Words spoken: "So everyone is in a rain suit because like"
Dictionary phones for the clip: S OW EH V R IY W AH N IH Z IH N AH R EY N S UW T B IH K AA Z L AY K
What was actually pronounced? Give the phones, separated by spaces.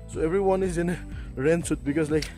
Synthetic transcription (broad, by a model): S OW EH V R IY W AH N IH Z IH N AH R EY N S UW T B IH K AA S L AY K